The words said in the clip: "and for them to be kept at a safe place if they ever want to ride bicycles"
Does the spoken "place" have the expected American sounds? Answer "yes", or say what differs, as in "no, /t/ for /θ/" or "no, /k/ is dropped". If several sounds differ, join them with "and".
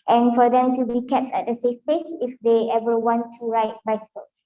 no, /l/ is dropped